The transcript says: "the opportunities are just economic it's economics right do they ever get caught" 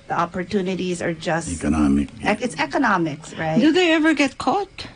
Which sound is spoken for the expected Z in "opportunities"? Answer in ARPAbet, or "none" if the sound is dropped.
Z